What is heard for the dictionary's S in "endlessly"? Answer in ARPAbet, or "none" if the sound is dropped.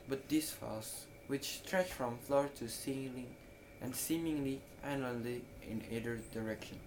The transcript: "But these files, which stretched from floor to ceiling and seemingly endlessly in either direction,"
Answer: none